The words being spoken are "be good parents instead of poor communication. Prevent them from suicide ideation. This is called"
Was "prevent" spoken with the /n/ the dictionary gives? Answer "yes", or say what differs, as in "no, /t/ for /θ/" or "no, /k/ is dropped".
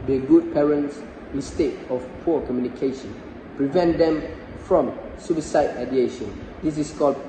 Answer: yes